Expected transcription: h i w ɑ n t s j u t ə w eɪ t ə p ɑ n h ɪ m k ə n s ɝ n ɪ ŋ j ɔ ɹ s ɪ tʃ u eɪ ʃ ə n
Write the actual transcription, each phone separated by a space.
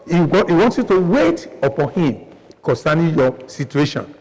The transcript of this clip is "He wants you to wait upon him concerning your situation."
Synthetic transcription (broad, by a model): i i w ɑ n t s j u t ə w eɪ t ə p ɑ n h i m k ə n s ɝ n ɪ j ɔ s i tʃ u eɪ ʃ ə n